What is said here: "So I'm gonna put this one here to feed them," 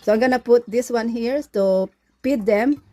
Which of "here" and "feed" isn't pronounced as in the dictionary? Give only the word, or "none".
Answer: feed